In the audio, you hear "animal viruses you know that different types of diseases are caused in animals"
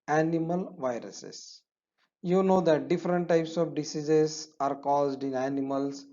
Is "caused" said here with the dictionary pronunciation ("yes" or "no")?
yes